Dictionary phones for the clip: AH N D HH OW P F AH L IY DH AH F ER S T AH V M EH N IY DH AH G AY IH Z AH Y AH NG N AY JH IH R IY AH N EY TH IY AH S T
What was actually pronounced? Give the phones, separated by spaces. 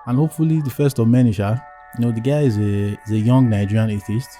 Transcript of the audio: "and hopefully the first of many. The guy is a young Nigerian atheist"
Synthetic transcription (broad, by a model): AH N HH OW P F AH L IY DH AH F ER S T AH V M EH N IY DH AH G AY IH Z AH Y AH NG N AY JH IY R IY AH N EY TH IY S T